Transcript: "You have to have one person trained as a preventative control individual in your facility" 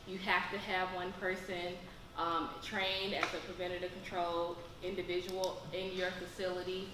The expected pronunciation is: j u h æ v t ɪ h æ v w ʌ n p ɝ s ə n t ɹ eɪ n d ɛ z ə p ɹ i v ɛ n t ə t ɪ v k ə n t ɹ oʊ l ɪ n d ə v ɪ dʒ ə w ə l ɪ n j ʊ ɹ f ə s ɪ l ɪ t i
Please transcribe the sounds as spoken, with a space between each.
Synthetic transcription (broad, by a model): j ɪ h æ f t ɪ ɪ v w ʌ n p ɝ s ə n t ɹ eɪ n d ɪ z ə p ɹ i v ɛ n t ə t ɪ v k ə n t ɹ oʊ l ɪ n d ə v ɪ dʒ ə w l ɪ n j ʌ ɹ f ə s ɪ l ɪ t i